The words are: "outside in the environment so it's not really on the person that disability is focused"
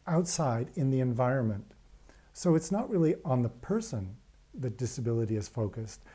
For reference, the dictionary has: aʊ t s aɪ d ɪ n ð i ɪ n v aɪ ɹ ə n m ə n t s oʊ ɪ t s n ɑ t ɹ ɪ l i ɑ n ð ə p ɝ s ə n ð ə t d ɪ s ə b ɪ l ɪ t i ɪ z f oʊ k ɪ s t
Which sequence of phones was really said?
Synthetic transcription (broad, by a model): aʊ t s aɪ d ɪ n ð i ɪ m v aɪ ɹ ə n m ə n t s oʊ ɪ t s n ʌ t ɹ ɪ l i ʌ n ð ə p ɝ s ə n ð ə t d ɪ s ə b ɪ l ɪ t i ɪ z f oʊ k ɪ s t